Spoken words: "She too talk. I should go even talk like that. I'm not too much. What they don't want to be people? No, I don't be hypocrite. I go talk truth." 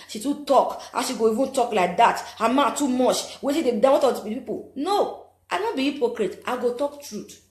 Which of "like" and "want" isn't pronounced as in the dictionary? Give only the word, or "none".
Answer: want